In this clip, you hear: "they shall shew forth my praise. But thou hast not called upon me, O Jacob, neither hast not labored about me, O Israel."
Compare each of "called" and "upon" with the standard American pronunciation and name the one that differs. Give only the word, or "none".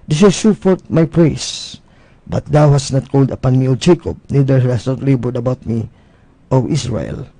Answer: none